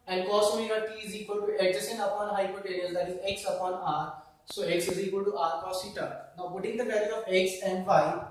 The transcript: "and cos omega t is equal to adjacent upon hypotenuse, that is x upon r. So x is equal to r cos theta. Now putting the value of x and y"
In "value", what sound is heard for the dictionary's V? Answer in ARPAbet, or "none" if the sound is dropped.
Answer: B